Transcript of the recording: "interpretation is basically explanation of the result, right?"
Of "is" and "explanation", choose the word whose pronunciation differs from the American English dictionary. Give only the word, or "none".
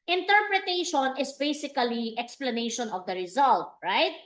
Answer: is